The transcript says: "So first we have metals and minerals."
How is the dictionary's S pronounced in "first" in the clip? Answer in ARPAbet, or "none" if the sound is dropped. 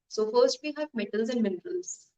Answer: S